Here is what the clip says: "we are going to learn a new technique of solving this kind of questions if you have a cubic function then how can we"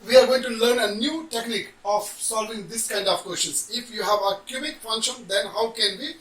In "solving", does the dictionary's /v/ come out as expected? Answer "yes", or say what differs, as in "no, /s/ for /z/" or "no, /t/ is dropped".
yes